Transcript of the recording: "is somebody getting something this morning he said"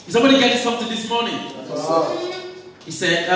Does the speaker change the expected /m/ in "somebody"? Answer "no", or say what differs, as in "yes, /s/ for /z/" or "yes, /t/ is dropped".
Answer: yes, /m/ is dropped